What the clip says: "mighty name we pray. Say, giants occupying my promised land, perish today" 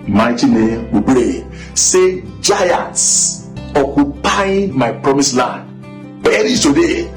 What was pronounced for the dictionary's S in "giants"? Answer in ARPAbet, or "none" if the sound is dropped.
S